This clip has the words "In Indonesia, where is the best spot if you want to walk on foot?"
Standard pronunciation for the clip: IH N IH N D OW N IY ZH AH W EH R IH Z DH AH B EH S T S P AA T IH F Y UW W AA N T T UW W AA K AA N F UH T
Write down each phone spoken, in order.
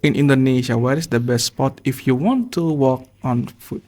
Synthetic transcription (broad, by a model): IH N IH N D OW N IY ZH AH W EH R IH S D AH B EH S S P AA T IH F Y UW W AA N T T UW W AA K AA N F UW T